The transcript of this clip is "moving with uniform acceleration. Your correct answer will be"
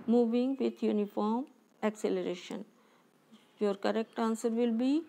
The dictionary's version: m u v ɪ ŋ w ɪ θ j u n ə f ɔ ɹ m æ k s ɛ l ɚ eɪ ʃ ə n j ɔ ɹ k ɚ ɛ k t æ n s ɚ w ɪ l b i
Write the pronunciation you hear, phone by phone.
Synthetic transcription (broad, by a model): m u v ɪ ŋ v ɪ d j u n ə f ɔ ɹ m æ k s ɛ l ɚ eɪ ʃ ə n j ɔ ɹ k ɚ ɛ k t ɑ n s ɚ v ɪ l b i